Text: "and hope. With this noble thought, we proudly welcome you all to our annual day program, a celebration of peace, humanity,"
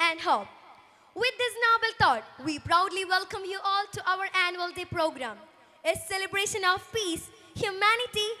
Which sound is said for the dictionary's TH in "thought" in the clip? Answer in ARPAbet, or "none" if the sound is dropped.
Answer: T